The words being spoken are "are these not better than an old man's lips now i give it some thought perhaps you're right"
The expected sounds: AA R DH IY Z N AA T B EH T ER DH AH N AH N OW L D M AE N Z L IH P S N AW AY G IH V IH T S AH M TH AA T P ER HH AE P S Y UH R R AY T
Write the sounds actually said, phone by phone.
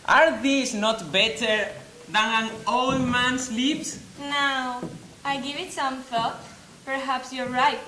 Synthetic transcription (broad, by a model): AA R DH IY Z N AA T B EH T ER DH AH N AH N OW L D M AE N S L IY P S N AW AY G IH V IH T S AH M F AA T P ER HH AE P S Y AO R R AY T